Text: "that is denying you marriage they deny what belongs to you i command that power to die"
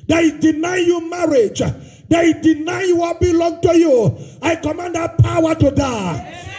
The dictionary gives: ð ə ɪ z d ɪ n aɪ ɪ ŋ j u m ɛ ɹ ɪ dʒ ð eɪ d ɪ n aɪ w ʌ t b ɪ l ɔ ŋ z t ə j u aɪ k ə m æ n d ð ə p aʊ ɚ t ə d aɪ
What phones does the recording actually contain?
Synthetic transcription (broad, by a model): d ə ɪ d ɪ n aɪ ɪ j u m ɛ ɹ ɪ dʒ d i d ɪ n aɪ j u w b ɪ l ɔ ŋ t ə j u aɪ k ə m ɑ n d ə p aʊ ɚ t ə d aɪ